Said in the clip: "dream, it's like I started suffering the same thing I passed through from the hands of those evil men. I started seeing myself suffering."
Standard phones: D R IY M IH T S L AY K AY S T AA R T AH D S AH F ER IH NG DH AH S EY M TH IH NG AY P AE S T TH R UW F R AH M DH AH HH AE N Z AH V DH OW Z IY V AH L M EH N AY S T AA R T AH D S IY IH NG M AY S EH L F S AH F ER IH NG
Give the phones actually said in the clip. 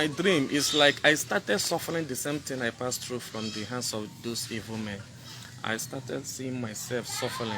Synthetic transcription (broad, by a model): D R IY M T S L AY K AY S T AA T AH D S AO F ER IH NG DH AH S EY M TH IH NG AY P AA S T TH R UW F R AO M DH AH HH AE N S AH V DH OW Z IY V AH L M EH N AY S T AA T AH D S IY IH NG M AY S EH L F S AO F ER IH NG